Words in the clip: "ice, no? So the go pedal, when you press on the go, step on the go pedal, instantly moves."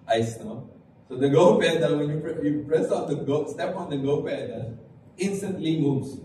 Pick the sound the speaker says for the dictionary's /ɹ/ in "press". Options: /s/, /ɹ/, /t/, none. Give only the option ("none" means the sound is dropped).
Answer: /ɹ/